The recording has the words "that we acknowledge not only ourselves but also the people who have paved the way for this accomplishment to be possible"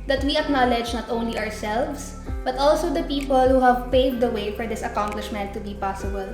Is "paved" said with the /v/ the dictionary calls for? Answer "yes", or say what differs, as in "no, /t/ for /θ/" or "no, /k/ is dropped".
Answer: no, /v/ is dropped